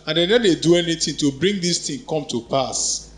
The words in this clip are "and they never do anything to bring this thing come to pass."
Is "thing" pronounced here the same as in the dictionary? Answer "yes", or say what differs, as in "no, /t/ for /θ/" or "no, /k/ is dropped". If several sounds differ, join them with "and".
no, /t/ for /θ/